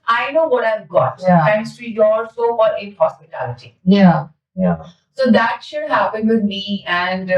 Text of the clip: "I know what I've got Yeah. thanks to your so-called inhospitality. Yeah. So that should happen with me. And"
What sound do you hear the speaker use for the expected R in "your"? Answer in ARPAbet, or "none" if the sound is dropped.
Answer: L